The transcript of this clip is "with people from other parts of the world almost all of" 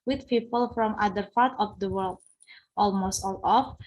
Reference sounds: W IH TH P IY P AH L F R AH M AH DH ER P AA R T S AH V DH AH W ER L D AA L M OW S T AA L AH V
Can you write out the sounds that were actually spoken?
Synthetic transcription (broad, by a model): W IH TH P IY P AH L F R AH M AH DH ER P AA R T AH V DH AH W ER L D AA L M OW S T AA L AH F